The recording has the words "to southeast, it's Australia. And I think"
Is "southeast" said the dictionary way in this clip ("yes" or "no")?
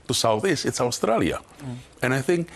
no